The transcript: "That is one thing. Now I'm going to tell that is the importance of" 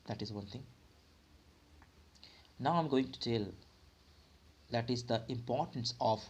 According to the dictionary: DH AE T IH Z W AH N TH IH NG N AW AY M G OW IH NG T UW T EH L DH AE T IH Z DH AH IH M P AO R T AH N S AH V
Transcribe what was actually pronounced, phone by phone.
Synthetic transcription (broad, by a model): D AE T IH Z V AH N T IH NG N AW AY M G OW IH NG T UW T EH L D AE T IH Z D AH IH M P AO R T AH N S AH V